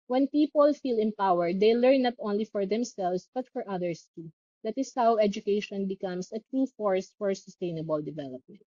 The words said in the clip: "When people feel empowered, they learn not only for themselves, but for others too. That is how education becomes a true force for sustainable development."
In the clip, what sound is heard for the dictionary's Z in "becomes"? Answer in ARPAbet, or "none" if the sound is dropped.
S